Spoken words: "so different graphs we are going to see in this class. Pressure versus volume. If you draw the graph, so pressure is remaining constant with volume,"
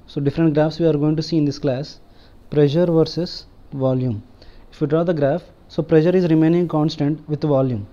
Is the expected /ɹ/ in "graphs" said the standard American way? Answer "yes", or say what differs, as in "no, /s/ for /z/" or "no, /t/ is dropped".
yes